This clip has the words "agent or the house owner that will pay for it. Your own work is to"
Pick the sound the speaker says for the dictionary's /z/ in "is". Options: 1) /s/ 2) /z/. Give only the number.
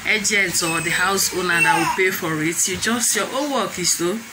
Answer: 1